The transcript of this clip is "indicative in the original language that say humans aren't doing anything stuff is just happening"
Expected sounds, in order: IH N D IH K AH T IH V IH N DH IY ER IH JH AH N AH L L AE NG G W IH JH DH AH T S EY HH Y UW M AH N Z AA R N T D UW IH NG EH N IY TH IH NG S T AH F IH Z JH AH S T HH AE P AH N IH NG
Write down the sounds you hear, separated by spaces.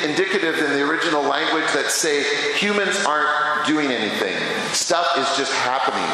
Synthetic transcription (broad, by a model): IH N D IH K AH T IH V IH N DH IY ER IH JH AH N L L AE NG G W IH JH DH AH T S EY HH Y UW M AH N Z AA R N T D UW IH NG EH N IY TH IH NG S T AH F IH Z JH AH S T HH AE P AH N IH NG